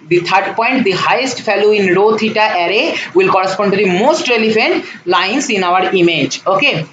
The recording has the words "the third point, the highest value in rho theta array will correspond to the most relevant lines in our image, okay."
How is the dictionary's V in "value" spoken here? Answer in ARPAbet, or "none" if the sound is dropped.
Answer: F